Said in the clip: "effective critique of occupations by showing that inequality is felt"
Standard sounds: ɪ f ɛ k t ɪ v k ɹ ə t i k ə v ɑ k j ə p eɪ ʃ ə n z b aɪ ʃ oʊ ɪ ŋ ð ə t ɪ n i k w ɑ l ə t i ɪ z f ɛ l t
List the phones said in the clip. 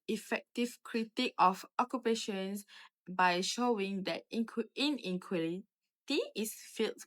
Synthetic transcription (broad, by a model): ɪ f ɛ k t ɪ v k ɹ ə t i k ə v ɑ k j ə p eɪ ʃ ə n s b aɪ ʃ oʊ ɪ ŋ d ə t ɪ n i k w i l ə t i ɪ s f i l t